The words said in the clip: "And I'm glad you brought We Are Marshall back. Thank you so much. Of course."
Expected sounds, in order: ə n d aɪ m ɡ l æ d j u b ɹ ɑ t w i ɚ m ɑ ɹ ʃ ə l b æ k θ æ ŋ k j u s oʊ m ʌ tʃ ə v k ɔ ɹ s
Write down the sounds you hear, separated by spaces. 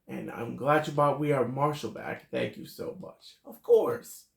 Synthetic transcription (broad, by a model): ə n aɪ m ɡ l æ d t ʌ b ɑ t w i ɚ m ɑ ɹ ʃ l b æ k θ æ ŋ k j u s oʊ m ʌ tʃ ə v k ɔ ɹ s